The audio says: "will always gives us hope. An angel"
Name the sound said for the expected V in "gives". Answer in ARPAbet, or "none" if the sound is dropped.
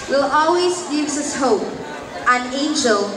none